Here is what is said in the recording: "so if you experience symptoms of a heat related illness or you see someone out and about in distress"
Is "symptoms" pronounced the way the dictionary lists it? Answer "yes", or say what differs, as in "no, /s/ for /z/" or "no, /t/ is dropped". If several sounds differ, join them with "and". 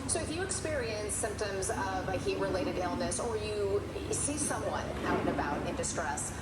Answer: yes